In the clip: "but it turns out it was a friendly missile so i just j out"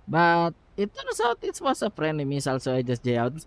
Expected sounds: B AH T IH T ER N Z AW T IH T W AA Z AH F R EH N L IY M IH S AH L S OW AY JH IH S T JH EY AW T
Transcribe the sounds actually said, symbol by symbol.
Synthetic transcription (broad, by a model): B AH T IH T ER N S AW T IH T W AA S AH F R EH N IY M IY S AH L S OW AY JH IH S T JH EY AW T